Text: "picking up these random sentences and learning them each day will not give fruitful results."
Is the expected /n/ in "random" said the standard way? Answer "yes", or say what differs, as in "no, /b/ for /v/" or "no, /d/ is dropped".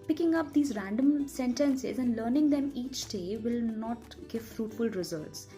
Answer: yes